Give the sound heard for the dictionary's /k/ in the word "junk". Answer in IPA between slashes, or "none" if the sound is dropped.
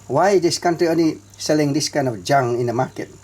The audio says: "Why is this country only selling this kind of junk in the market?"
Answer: none